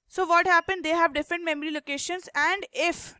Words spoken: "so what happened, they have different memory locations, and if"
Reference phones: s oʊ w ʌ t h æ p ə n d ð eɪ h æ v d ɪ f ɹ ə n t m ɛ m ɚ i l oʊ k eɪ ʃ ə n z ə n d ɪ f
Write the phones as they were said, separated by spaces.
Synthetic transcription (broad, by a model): s oʊ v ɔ t h æ p ə n d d eɪ h æ v d ɪ f ɹ ə n t m ɛ m ɚ i l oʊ k eɪ ʃ ə n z ə n d ɪ f